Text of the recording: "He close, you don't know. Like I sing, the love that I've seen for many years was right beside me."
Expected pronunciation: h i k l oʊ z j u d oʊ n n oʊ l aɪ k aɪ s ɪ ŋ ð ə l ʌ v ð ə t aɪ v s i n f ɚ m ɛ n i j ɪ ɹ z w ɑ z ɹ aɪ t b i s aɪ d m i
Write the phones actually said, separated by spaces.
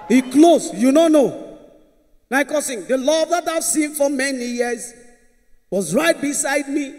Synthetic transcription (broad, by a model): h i k l oʊ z j u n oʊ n n oʊ n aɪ k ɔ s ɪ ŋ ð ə l ʌ v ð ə t aɪ v s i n f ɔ m ɛ n i j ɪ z w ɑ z ɹ aɪ t b i s aɪ d m i